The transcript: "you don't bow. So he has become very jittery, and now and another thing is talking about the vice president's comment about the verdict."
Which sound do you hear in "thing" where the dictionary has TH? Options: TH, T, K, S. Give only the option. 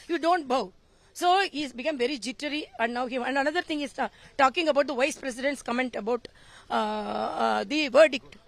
T